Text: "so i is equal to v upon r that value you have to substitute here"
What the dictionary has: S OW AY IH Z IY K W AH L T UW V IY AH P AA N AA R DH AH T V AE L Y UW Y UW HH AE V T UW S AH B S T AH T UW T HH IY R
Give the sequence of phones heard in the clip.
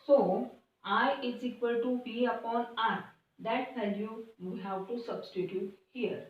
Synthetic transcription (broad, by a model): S OW AY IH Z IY K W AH L T UW B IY AH P AA N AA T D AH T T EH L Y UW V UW HH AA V T UW S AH B S T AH T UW T HH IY R